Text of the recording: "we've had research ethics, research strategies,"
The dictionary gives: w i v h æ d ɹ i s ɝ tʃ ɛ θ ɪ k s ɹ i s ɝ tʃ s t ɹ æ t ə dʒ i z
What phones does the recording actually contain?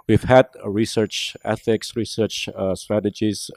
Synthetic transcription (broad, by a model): w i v h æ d ɹ i s ɝ tʃ ɛ θ ɪ k s ɹ i s ɝ tʃ s t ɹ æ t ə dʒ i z